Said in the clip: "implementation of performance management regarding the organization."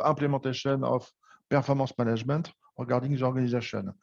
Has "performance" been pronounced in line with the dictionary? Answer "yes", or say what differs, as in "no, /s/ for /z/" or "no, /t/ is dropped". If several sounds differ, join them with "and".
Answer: no, /n/ is dropped